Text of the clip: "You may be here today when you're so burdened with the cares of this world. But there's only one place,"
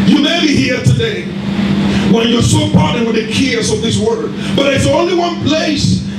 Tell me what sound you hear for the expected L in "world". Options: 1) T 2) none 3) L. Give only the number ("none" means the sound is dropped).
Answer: 2